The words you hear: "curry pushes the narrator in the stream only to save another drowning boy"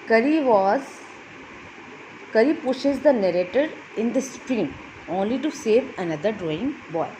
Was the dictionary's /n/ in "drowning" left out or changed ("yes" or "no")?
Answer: yes